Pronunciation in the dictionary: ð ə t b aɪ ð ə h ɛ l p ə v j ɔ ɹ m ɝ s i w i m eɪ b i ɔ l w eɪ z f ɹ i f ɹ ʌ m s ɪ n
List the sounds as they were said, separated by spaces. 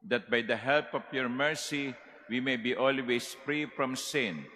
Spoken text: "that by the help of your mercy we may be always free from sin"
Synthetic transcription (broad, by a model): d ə t b aɪ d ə h ɛ l p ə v j ɔ ɹ m ɝ s i w i m eɪ b i ɔ l w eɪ s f ɹ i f ɹ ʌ m s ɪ n